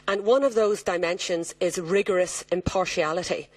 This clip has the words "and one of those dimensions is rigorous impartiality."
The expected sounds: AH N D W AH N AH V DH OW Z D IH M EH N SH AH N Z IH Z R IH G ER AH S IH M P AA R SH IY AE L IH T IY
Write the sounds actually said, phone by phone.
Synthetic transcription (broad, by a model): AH N W AH N AH V DH OW Z D IH M EH N SH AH N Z IH Z R IH G ER AH S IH M P AA R SH IY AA L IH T IY